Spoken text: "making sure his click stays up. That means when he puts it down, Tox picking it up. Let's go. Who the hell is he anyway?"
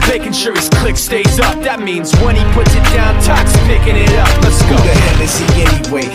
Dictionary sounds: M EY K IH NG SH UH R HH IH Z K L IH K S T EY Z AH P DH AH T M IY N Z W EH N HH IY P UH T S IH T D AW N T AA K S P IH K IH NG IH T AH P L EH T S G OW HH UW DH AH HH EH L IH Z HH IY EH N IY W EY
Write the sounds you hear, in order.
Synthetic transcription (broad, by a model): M EY K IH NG SH UH R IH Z K L IH K S T EY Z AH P DH AH T M IY N Z W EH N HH IY P UH T S IH T D AW N T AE K S P IH K IH NG IH T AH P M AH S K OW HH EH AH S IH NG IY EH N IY W EY